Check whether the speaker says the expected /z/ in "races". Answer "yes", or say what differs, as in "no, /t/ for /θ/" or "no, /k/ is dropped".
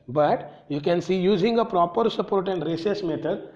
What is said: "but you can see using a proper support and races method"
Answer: no, /s/ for /z/